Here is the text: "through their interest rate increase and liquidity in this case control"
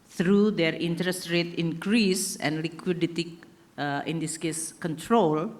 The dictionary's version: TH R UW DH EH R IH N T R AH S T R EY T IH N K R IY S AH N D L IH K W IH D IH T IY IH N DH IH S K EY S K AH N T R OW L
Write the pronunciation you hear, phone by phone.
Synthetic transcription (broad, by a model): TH R UW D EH R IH N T R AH S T R EY T IH N K R IY S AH N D L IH K W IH D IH T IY IH N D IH S K EY S K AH N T R OW L